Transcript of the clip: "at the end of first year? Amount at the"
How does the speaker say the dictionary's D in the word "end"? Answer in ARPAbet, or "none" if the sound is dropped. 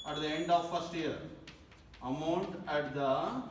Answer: D